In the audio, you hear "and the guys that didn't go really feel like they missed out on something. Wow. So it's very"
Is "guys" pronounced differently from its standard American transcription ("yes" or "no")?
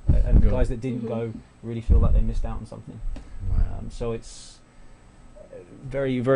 no